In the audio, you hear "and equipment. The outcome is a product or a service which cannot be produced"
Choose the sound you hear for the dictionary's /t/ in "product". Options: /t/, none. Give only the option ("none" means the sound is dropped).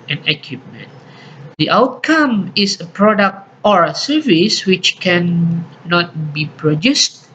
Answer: /t/